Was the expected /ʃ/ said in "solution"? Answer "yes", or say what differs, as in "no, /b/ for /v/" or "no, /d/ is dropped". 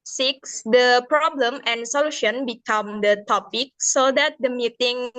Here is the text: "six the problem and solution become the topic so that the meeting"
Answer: yes